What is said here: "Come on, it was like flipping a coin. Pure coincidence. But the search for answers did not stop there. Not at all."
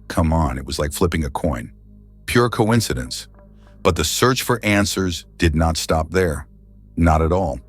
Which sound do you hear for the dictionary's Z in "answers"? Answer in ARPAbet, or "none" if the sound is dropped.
Z